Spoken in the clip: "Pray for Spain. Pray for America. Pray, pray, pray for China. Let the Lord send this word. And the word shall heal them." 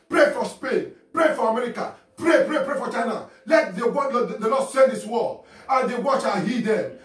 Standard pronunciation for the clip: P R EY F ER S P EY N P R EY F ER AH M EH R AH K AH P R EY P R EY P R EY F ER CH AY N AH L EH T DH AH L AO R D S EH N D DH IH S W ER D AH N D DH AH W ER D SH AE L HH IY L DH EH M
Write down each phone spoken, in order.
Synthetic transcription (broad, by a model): P R EY F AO S P EY N P R EY F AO AH M EH R AH K AH P R EY P R EY P R EY F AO CH AY N AH L EH T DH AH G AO L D S EH N D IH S W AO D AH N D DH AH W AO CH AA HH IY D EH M